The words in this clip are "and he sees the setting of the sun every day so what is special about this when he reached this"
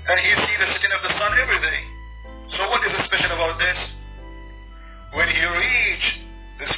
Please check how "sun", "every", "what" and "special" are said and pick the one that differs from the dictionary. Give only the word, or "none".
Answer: special